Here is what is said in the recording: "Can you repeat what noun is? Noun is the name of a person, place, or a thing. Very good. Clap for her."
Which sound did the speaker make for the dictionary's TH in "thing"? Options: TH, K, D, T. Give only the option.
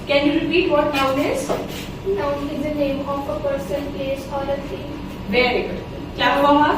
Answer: T